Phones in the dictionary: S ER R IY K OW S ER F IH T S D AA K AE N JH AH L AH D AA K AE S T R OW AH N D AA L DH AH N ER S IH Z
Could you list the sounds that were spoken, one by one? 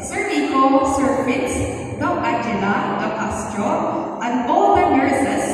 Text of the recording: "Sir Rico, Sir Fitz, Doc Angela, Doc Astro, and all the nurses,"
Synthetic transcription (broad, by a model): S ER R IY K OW S ER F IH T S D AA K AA JH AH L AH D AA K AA S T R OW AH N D AA L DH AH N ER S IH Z